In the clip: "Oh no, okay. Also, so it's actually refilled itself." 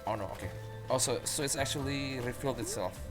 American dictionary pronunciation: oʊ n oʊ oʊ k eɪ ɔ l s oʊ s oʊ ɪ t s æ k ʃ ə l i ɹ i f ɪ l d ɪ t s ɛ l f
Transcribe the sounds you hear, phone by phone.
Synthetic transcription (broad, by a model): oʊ n oʊ oʊ k eɪ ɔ s oʊ s oʊ ɪ t s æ k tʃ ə l i ɹ i f ɪ l d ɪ t s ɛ l f